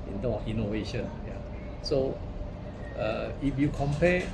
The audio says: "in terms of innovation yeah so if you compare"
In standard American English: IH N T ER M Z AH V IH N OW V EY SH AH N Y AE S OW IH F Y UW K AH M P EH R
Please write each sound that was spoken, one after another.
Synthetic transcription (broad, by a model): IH N T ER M AH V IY N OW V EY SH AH N Y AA S OW IH F Y UW K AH M P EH